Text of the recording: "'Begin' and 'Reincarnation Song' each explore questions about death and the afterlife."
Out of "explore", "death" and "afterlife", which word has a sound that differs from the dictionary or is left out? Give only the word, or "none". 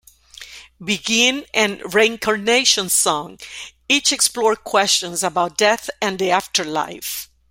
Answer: none